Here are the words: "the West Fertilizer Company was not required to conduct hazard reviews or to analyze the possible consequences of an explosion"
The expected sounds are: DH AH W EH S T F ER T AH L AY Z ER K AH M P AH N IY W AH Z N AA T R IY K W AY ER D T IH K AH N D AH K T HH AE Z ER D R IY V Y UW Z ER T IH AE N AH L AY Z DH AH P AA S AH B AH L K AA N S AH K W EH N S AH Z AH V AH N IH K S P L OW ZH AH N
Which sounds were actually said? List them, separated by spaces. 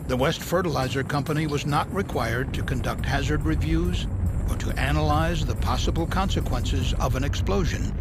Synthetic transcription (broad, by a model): DH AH W EH S T F ER T AH L AY Z ER K AH M P AH N IY W AH Z N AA T R IY K W AY ER D T IH K AH N D AH K T HH AE Z ER D R IY V Y UW Z ER T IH AE N AH L AY Z DH AH P AA S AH B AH L K AA N S AH K W EH N S AH Z AH V AH N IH K S P L OW ZH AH N